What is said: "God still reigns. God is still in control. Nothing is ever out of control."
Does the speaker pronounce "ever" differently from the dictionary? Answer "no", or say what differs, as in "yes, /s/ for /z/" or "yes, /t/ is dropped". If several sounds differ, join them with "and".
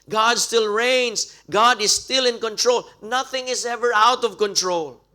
no